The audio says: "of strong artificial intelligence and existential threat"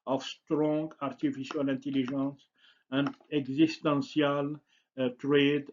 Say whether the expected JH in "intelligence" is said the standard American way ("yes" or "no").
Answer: no